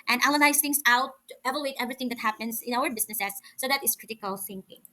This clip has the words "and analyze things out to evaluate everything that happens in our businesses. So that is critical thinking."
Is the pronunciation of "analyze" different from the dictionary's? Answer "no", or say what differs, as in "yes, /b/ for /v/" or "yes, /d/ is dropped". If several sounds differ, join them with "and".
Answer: yes, /l/ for /n/ and /n/ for /l/